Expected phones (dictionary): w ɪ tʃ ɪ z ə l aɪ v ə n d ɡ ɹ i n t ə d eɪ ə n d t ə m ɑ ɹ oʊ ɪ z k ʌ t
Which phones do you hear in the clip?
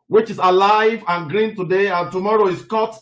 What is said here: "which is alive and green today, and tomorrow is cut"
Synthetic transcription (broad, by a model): w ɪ tʃ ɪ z ə l aɪ v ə n ɡ ɹ i n t ə d eɪ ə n t ə m ɑ ɹ oʊ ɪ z k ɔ t